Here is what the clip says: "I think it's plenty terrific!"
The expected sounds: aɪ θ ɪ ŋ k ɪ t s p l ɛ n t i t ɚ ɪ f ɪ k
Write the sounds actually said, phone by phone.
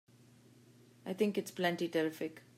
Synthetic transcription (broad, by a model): aɪ t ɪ ŋ k ɪ t s p l ɛ n t i t ɚ ɪ f ɪ k